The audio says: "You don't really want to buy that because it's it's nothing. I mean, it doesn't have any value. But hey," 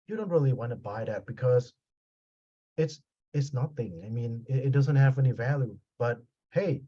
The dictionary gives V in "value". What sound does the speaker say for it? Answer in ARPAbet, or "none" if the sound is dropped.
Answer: V